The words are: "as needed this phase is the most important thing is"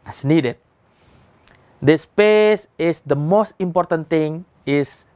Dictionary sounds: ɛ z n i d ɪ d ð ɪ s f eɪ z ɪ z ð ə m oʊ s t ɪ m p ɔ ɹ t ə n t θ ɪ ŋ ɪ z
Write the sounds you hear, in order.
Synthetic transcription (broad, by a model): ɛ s n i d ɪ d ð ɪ s p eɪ s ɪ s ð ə m oʊ s t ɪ m p ɔ ɹ t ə n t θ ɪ ŋ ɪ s